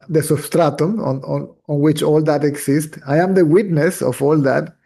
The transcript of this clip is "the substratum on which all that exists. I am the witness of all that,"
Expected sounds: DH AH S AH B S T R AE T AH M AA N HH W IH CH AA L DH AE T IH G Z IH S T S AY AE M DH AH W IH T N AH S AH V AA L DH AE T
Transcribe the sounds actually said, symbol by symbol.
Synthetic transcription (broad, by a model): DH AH S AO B S T R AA T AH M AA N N W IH CH AA L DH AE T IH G S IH S T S AY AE M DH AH W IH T N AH S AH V AA L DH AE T